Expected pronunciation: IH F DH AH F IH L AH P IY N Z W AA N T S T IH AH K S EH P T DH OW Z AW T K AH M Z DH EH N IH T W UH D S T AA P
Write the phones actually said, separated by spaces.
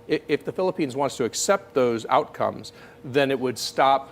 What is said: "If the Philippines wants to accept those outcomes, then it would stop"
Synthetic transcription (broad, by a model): IH F DH AH F IH L AH P IY N Z W AA N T S T IH AH K S EH P T DH OW Z AW T K AH M Z DH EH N IH T W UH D S T AA P